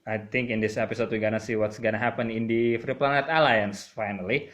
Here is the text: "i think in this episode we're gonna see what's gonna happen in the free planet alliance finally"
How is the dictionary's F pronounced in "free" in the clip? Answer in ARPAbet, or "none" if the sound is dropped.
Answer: F